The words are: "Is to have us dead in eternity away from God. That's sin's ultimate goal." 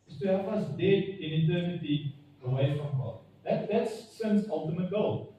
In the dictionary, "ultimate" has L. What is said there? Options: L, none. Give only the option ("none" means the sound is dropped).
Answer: L